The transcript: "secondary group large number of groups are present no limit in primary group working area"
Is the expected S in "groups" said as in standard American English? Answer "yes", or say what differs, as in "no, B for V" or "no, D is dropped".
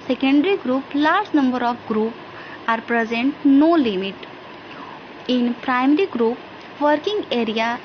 no, S is dropped